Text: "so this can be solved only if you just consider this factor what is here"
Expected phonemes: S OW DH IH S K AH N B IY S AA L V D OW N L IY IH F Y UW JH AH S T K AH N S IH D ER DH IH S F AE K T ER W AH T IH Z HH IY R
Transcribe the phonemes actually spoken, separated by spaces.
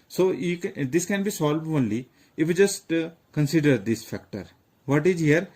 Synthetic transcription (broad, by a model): S OW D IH S K AH N B IY S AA L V OW N L IY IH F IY JH AH S T K AH N S IH D ER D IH S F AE K T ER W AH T IH Z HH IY R